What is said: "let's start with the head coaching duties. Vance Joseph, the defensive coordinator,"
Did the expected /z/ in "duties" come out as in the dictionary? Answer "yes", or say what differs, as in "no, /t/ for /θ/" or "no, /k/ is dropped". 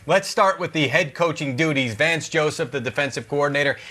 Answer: yes